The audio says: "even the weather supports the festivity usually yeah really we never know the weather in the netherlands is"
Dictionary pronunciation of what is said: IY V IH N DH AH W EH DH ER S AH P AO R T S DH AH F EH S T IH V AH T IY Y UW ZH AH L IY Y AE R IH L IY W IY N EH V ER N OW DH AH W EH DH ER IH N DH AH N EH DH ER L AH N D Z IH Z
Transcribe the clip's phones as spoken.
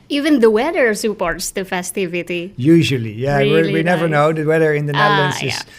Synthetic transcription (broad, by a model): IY V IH N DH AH W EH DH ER S AH P AO R T S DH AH F EH S T IH V AH T IY Y UW ZH AH L IY Y AE W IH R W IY N EH V ER N OW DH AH W EH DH ER IH N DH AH N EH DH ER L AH N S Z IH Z